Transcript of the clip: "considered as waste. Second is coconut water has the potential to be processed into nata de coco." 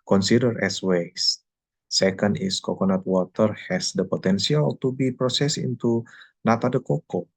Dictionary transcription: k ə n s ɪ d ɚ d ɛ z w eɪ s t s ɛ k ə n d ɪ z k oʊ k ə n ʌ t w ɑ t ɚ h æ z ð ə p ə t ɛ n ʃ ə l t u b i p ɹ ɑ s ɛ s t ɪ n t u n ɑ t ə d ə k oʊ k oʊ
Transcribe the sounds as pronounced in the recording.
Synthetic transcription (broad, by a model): k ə n s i d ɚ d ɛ s w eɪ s s ɛ k ə n d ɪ s k oʊ k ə n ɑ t w ɑ t ɚ h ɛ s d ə p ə t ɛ n s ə l t u b i p ɹ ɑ s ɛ s ɪ n t u n ɑ t ə d ə k oʊ k oʊ